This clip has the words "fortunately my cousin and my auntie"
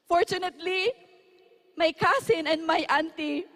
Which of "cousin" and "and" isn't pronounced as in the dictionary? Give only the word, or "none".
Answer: cousin